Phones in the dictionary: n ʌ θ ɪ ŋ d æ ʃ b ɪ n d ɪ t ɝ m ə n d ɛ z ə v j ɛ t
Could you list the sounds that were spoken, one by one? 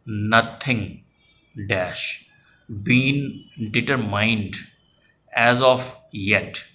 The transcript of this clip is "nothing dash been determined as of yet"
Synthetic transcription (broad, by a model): n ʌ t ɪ ŋ d æ ʃ b ɪ n d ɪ t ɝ m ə n d ɛ z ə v j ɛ t